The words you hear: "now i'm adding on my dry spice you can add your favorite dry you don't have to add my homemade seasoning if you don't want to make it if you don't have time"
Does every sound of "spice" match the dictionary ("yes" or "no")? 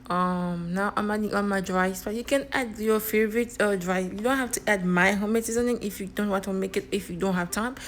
no